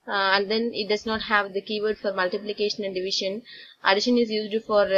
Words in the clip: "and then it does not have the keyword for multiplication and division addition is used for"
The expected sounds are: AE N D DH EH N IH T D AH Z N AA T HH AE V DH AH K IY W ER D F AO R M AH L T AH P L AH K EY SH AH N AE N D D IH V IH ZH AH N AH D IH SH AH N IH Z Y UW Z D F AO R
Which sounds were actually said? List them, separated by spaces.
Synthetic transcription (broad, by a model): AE N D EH N IH T D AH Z N AA T HH AE V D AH K IY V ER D F AO R M AH L T AH P L AH K EY SH AH N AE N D D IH V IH SH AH N AH D IH SH AH N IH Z Y UW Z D F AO R